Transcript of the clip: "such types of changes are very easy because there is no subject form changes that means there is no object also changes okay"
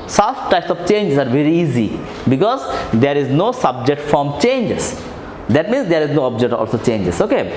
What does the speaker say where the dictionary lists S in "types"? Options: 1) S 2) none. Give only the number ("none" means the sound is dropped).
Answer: 1